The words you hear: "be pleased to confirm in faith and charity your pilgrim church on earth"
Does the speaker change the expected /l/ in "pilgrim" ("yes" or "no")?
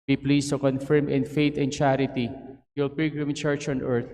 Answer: yes